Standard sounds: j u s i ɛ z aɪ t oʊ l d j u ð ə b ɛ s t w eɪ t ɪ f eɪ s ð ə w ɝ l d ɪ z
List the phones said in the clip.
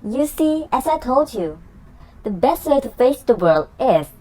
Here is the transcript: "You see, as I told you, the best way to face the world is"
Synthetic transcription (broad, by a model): j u s i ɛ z aɪ t oʊ l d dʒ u ð ə b ɛ s t w eɪ t ɪ f eɪ s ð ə w ɝ l d ɪ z